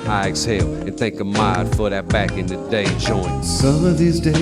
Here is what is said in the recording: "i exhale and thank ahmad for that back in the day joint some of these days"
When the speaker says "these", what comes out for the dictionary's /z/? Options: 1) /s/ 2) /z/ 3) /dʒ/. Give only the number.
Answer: 2